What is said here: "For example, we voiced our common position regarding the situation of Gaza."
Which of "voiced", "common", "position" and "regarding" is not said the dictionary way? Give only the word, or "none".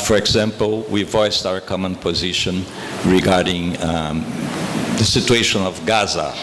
none